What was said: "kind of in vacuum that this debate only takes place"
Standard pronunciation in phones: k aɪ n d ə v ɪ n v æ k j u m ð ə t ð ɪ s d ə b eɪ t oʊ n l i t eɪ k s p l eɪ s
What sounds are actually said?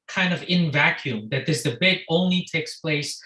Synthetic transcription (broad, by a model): k aɪ n d ə v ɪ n v æ k j u m ð ə t ð ɪ s d ə b eɪ t oʊ n l i t eɪ k s p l eɪ s